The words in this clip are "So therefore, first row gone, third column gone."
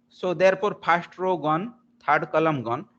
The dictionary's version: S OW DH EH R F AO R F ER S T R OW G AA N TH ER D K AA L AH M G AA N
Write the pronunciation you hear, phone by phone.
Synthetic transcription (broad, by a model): S OW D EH R P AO R P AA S T R OW G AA N T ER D K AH L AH M G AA N